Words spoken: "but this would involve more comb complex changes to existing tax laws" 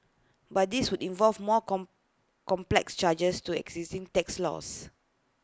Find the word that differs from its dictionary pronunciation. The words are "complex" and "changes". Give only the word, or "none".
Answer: changes